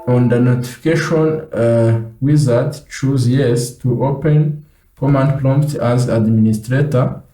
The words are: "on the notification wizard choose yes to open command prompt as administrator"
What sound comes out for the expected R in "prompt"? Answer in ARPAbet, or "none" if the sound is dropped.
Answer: L